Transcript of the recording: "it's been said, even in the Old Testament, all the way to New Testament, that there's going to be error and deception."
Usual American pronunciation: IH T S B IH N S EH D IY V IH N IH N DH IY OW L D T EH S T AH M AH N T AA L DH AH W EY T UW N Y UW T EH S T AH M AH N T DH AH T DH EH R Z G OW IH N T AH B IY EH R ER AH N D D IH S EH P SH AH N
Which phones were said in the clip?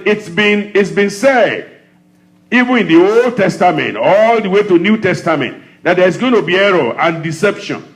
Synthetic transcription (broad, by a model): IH T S B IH N S EH D IY V IH N IH N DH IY OW L D T EH S T AH M AH N T AA L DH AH W EY T UW N Y UW T EH S T AH M AH N T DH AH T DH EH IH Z G OW IH N T AH B IY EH R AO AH N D D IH S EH P SH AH N